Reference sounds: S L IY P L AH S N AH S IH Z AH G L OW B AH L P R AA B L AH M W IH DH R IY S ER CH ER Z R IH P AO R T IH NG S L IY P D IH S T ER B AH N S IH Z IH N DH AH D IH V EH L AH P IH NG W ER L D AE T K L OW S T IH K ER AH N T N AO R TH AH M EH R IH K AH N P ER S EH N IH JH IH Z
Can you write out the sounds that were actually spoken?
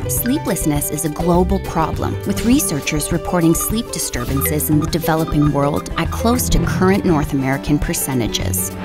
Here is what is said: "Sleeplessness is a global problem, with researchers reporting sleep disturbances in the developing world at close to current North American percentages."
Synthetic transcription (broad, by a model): S L IY P L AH S N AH S IH Z AH G L OW B L P R AA B L AH M W IH DH R IY S ER CH ER Z R IH P AO R T IH NG S L IY P D IH S T ER B AH N S IH Z IH N DH AH D IH V EH L AH P IH NG W ER L D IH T K L OW S T IH K ER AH N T N AO R TH AH M EH R IH K AH N P ER S EH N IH JH IH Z